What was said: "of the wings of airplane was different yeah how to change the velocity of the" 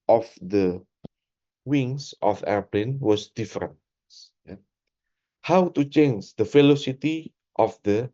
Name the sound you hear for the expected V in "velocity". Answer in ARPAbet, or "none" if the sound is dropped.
F